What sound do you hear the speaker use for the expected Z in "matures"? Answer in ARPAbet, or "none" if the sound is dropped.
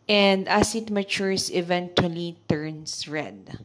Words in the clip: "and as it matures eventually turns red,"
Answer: S